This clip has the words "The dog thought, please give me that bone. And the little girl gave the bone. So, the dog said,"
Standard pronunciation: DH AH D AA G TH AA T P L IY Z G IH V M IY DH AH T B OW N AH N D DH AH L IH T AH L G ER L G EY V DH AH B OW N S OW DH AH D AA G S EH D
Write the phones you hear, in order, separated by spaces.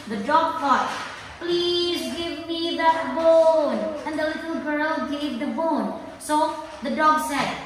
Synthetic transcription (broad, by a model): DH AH D AA G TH AA T P L IY Z G IH V M IY DH AH T B OW N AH N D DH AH L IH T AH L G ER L G EY V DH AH B OW N S OW DH AH D AA G S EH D